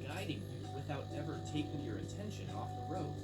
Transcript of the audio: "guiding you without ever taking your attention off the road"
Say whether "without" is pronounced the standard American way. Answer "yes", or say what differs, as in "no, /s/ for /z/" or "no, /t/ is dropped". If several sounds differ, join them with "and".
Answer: yes